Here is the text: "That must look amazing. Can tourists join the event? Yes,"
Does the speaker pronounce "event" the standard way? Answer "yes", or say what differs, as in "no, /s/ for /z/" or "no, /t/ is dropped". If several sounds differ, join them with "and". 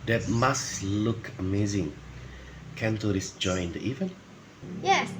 yes